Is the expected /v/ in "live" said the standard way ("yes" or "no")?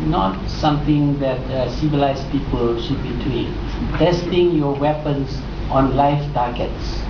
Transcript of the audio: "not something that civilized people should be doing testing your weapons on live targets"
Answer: no